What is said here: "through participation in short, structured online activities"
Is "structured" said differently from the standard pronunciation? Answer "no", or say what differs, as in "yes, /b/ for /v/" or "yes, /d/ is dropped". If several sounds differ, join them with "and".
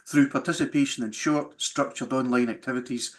no